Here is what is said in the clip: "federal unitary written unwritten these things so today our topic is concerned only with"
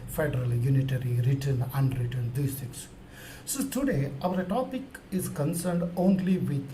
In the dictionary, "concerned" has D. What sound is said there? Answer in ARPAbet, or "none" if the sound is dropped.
D